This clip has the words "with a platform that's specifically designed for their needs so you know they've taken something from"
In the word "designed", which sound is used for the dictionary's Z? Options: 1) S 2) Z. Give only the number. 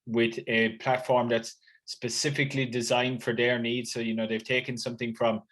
2